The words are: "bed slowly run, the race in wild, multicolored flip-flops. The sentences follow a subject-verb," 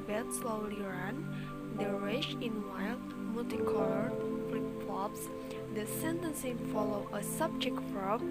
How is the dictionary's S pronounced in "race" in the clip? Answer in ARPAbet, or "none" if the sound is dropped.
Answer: SH